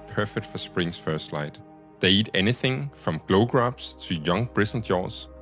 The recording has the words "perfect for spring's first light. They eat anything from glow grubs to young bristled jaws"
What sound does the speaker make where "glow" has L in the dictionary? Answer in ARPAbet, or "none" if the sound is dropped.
L